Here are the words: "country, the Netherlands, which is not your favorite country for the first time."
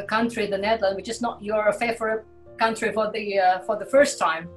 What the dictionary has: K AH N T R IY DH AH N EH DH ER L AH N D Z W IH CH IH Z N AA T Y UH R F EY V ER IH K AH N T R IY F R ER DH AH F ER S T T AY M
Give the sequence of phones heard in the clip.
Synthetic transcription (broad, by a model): K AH N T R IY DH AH N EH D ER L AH N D W IH CH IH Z N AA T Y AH R F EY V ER K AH N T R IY F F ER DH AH F ER S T T AY M